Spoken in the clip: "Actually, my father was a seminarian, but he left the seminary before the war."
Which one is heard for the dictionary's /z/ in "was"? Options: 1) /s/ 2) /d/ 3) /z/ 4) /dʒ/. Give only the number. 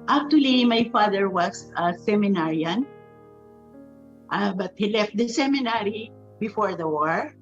1